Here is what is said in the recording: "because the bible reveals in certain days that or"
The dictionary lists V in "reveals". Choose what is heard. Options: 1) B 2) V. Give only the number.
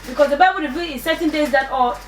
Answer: 1